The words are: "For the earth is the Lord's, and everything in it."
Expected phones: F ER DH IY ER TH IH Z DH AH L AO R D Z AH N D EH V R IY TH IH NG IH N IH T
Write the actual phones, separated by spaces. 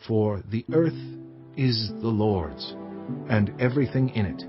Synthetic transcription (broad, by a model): F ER DH IY ER TH IH Z DH AH L AO R D Z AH N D EH V R IY TH IH NG IH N IH T